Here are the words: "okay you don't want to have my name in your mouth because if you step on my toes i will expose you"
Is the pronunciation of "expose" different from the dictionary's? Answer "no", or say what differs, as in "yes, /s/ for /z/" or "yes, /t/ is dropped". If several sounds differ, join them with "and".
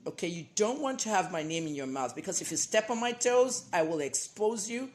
no